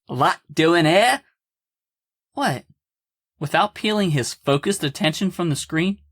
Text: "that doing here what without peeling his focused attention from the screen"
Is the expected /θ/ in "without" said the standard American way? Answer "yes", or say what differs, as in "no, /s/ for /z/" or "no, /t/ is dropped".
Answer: yes